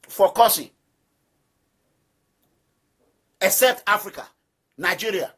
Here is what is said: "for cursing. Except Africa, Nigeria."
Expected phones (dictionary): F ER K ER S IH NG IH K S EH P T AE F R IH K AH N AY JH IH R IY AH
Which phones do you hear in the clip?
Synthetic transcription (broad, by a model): F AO K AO S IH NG IH K S EH P T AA F R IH K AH N AY JH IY R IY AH